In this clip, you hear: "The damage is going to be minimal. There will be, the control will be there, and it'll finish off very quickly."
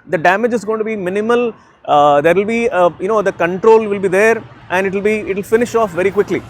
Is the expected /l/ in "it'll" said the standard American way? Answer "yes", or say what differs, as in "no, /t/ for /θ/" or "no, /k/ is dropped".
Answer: yes